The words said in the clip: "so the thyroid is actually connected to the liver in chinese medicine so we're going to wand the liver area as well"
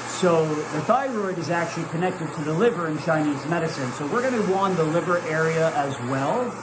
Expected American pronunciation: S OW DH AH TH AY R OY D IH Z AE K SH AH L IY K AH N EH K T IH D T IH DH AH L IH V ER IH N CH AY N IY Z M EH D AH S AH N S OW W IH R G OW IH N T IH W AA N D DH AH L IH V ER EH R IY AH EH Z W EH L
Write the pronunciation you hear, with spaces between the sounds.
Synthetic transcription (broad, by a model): S OW DH AH TH AY R OY D IH Z AE K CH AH L IY K AH N EH K T IH D T IH DH AH L IH V ER IH N CH AY N IY Z M EH D AH S AH N S OW W IH R G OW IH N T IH W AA N DH AH L IH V ER EH R IY AH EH Z W EH L